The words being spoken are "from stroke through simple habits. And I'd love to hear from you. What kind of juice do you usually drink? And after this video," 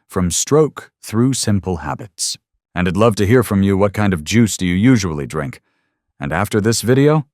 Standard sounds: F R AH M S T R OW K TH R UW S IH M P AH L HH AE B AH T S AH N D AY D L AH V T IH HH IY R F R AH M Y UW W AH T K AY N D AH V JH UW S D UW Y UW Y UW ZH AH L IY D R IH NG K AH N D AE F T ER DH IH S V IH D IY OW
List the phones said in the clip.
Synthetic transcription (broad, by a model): F R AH M S T R OW K TH R UW S IH M P L HH AE B AH T S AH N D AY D L AH V T IH HH IY R F R AH M Y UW W AH T K AY N D AH V JH UW S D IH Y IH Y UW ZH AH L IY D R IH NG K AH N AE F T ER DH IH S V IH D IY OW